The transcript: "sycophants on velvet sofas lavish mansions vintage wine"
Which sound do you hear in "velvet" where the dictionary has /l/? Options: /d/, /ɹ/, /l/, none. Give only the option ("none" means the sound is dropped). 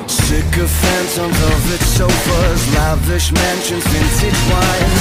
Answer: none